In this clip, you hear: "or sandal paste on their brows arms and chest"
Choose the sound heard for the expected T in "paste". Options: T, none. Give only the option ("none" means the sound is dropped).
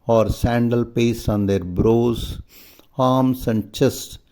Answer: none